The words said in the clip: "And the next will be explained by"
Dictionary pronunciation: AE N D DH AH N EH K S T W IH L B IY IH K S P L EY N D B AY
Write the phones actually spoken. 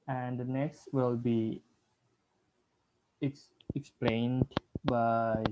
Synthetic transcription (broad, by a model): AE N D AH N EH K S T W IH L B IY IH K S P L EY N D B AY